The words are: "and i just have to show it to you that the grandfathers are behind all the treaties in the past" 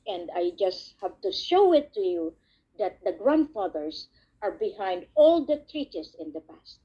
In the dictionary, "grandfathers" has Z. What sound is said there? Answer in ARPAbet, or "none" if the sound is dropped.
S